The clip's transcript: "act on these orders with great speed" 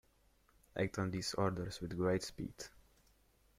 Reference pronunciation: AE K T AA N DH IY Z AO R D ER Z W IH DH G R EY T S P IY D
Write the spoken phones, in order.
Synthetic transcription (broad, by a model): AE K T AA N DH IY S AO R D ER S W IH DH G R EY T S P IY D